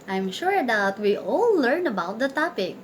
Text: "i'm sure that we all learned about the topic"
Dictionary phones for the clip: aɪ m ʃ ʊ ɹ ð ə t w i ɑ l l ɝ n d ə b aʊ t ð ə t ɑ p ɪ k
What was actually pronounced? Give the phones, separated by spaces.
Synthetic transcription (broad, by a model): aɪ m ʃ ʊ ɹ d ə t w i ɑ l l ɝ n ə b aʊ t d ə t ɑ p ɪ k